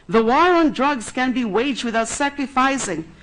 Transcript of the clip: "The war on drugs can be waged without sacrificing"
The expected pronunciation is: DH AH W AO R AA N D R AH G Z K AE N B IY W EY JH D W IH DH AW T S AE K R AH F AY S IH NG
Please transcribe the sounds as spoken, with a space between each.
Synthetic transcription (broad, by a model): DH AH W AO R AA N D R AH G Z K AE N B IY W EY JH D W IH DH AW T S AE K R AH F AY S IH NG